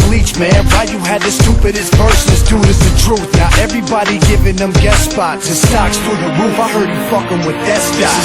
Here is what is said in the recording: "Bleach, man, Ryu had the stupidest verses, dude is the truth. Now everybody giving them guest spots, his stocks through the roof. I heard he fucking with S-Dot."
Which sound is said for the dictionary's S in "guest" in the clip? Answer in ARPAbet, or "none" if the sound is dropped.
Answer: none